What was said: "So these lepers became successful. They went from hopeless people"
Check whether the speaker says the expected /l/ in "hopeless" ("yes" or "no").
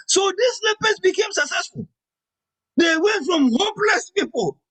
yes